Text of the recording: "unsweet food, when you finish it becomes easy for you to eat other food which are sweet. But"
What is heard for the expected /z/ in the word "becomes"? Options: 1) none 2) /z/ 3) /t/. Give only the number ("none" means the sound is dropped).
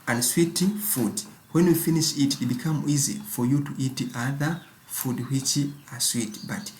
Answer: 1